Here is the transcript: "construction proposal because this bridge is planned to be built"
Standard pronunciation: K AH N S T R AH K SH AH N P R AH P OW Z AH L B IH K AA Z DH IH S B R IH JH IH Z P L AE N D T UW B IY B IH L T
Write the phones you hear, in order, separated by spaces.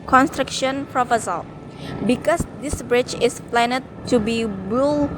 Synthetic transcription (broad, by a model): K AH N S T R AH K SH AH N P R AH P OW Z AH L B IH K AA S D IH S B R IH CH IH S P L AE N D T UW B IY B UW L